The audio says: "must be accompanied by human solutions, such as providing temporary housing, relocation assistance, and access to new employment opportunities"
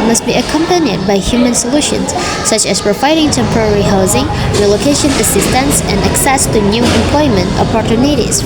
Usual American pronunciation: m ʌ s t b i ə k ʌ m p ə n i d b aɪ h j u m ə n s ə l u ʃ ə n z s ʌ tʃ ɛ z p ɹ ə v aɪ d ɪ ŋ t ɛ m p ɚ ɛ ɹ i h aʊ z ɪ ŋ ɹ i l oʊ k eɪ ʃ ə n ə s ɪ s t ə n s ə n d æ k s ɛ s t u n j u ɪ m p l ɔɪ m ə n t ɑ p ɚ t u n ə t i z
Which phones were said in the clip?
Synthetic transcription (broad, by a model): m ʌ s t b i ə k ʌ m p ə n i d b aɪ h j u m ə n s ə l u ʃ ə n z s ʌ tʃ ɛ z p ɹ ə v aɪ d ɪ ŋ t ɛ m p ɚ ɛ ɹ i h aʊ z ɪ ŋ ɹ i l oʊ k eɪ ʃ ə n ə s ɪ s t ə n s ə n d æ k s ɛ s t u n j u ɪ m p l ɔɪ m ə n t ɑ p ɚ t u n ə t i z